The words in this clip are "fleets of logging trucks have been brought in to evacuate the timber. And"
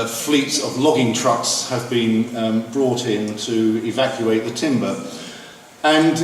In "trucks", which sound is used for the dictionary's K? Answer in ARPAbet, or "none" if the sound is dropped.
K